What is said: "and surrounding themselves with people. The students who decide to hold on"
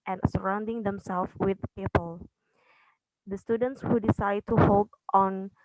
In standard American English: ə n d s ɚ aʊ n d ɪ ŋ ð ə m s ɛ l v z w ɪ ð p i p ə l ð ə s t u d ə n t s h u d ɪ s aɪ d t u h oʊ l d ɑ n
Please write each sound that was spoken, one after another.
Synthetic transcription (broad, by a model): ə n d s ɚ aʊ n d ɪ ŋ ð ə m s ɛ l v w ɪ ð p i p ə l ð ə s t u d ə n t s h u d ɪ s aɪ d t u h oʊ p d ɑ n